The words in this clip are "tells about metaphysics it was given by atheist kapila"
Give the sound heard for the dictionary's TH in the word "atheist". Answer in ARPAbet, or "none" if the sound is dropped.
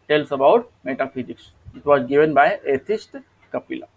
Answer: T